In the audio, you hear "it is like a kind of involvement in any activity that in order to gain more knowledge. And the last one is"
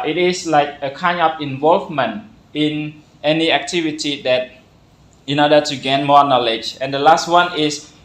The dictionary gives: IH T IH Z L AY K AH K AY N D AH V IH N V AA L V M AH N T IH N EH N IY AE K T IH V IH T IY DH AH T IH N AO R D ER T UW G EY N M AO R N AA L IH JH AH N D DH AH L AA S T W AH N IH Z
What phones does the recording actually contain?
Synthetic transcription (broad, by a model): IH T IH S L AY K AH K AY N AH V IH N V AA L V M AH N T IH N EH N IY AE K T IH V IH T IY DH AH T IH N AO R D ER T UW G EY N M AO N AA L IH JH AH N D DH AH L AA S T W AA N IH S